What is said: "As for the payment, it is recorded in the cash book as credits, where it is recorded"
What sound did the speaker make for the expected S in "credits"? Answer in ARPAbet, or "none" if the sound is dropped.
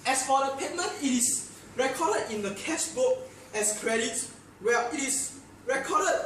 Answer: none